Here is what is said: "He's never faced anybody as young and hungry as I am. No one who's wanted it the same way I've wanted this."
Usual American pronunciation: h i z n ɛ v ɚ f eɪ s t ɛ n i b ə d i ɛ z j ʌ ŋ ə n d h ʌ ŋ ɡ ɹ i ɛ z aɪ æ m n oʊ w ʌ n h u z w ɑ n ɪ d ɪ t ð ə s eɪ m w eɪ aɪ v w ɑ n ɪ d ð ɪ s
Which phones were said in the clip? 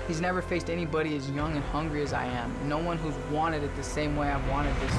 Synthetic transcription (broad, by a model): h i z n ɛ v ɚ f eɪ s t ɛ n i b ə d i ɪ z j ʌ ŋ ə n h ʌ ŋ ɡ ɹ i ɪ z aɪ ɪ m n oʊ w ʌ n h u z w ɑ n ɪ d ɪ t ð ə s eɪ m w eɪ aɪ v w ɑ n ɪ d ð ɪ s